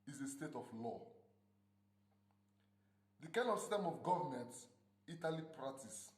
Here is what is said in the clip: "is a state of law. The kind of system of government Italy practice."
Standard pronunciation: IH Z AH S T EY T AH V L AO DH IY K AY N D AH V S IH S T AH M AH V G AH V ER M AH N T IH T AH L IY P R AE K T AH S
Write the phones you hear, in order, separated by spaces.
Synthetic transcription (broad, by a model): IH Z AH S T EY T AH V L AO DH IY K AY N AH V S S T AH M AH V G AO V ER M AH N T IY T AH L IY P R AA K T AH S